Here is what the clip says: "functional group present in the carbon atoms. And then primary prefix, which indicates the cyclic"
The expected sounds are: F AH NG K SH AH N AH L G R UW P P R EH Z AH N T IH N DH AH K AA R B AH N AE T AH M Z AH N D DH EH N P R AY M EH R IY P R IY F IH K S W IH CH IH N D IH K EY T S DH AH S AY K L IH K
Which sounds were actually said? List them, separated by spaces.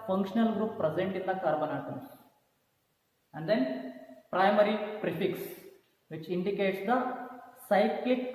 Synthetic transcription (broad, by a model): F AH NG K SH AH N AH L G R UW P P R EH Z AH N T IH N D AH K AA R B AH N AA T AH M S AH N D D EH N P R AY M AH R IY P R IY F IH K S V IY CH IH N D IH K EY T S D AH S AY K L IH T